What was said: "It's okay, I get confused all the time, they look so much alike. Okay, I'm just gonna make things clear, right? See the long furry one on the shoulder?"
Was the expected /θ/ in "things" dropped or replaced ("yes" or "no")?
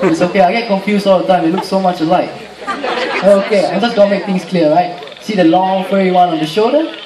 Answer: yes